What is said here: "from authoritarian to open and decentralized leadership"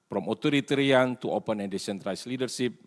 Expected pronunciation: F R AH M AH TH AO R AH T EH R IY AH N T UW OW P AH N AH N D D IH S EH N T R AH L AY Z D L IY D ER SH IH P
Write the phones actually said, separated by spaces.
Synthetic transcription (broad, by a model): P R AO M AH T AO R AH T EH R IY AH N T UW OW P AH N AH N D D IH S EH N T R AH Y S L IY D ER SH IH P